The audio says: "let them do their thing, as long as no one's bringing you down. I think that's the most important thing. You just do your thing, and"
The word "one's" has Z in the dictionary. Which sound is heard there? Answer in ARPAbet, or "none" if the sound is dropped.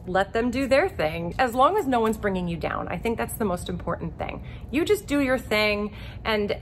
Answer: Z